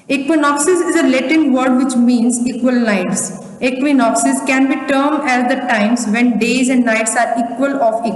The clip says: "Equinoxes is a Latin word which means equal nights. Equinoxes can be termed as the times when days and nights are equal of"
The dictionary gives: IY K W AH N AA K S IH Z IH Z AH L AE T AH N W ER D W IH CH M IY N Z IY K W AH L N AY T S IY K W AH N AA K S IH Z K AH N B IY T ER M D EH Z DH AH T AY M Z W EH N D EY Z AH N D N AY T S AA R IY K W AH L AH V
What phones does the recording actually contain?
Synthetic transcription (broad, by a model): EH K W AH N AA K S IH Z IH Z AH L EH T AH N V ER D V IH CH M IY N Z IY K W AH L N AY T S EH K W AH N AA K S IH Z K AH N B IY T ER M EH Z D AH T AY M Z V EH N D EY Z AH N D N AY T S AA R IY K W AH L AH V